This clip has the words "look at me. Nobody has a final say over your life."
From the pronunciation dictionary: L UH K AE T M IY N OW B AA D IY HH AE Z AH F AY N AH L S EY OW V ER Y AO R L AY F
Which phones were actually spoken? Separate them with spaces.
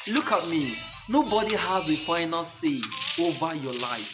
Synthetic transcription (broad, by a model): L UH K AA T M IY N OW B AA D IY HH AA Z AH F AY N AH L S EY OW B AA Y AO L AY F